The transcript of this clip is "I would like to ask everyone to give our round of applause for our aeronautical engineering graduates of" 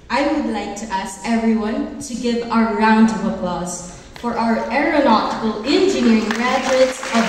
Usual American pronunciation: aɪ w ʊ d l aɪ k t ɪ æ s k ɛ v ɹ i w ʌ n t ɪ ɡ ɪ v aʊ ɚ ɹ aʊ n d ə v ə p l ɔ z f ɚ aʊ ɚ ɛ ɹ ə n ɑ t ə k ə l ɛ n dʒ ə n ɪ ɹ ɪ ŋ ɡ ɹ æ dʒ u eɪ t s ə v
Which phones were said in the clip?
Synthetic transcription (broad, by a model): aɪ w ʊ d l aɪ k t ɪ æ s k ɛ v ɹ i w ʌ n t ɪ ɡ ɪ v aʊ ɚ ɹ aʊ n d ə v ə p l ɔ z f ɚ aʊ ɚ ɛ ɹ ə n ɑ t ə k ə l ɛ n dʒ ə n ɪ ɹ ɪ ŋ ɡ ɹ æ dʒ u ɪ t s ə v